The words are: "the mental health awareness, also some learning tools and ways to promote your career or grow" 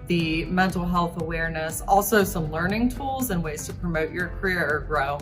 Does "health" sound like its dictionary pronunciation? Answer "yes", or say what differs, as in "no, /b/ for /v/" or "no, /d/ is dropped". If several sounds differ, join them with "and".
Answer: yes